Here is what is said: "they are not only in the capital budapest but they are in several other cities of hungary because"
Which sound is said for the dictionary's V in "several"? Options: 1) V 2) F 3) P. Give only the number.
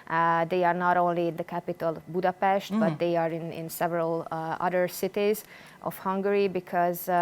1